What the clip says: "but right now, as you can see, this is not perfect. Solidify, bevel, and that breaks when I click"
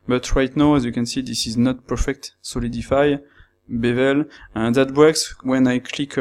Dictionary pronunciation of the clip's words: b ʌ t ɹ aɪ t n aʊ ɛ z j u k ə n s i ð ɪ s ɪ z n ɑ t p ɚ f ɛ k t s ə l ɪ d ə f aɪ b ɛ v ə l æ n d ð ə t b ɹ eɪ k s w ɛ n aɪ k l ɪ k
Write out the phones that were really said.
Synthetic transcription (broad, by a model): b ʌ t ɹ aɪ t n aʊ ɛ z j u k ə n s i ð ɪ s ɪ z n ɑ t p ɚ f ɛ k t s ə l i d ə f aɪ b ɛ v ə l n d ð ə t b eɪ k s w ɛ n aɪ k l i k